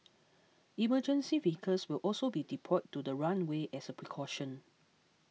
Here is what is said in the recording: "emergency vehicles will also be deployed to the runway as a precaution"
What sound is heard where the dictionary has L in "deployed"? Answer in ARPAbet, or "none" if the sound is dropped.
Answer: none